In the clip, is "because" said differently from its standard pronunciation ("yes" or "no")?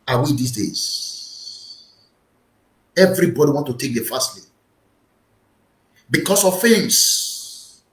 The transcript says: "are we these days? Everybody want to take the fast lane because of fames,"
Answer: yes